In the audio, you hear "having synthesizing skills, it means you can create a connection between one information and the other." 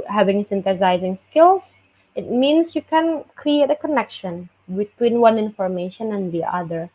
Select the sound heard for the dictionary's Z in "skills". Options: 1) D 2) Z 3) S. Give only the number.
3